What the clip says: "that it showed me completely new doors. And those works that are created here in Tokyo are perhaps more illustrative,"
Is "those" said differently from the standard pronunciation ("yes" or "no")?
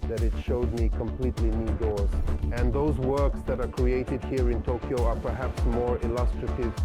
no